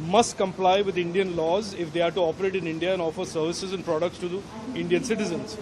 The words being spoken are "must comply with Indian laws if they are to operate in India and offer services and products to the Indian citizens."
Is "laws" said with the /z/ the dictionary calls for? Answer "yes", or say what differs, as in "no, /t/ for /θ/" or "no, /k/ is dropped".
yes